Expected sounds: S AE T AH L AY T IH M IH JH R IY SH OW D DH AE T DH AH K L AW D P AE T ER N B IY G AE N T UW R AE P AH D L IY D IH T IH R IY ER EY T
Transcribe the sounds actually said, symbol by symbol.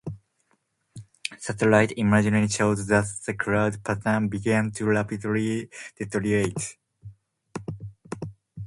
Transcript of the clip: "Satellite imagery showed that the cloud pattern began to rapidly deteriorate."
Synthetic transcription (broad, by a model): S AE T AH L AY T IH M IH JH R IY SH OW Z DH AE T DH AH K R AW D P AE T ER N B IY G AE N T UW L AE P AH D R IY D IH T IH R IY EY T